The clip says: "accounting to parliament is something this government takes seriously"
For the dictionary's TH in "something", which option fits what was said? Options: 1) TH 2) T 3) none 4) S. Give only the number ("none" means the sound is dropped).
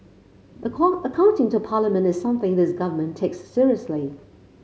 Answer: 1